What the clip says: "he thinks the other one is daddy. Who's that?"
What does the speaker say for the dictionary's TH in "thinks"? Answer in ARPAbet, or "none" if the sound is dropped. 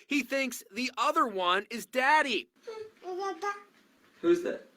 TH